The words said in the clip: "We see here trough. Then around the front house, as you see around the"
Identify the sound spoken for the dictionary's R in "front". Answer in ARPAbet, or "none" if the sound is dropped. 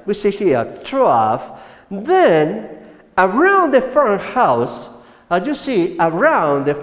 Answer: none